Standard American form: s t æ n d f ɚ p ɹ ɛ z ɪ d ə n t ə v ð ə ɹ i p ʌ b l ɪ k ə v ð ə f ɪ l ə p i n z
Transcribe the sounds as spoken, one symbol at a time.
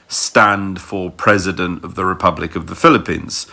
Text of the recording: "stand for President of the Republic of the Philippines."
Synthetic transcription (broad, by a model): s t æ n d f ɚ p ɹ ɛ z ɪ d ə n t ə v ð ə ɹ i p ʌ b l ɪ k ə v ð ə f ɪ l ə p i n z